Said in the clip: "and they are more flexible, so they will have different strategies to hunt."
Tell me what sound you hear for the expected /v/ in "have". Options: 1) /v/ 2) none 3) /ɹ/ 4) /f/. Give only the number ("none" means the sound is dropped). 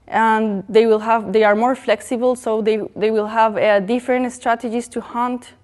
1